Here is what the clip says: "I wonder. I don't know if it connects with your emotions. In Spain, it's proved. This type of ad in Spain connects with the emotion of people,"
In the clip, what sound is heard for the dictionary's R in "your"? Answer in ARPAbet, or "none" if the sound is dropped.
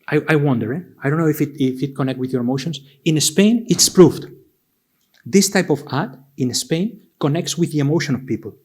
R